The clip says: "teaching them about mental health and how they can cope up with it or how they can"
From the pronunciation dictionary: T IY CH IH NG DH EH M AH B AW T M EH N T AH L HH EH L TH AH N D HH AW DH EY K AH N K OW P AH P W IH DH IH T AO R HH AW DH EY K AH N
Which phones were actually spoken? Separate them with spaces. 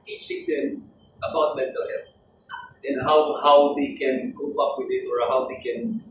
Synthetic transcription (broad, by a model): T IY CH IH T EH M AH B AW T M EH N T AH L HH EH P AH N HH HH AW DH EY K AH N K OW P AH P W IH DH IH T AO R HH AW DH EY K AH N